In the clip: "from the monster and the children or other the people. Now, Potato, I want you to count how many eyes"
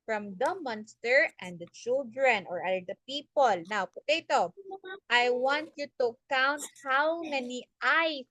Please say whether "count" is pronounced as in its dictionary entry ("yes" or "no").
yes